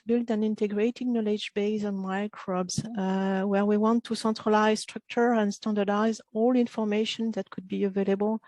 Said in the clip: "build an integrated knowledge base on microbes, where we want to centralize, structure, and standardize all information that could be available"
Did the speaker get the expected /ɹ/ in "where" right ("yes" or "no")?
yes